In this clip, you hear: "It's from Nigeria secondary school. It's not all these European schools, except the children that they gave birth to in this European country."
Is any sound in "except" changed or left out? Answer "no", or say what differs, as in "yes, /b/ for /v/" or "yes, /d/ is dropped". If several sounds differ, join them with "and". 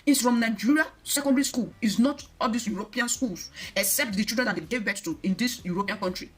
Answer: no